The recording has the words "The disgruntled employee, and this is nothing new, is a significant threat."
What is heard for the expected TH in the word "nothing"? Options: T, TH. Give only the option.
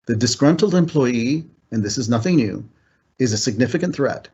TH